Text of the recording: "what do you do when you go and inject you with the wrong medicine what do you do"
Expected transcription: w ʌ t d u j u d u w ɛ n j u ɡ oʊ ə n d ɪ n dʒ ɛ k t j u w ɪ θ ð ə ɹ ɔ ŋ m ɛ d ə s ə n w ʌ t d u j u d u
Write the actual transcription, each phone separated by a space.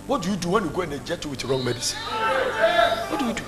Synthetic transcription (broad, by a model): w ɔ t d u j u d u w ɛ n j u ɡ oʊ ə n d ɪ dʒ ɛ t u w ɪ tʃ ɹ ɔ ŋ m ɛ d ə s ə n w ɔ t d u j u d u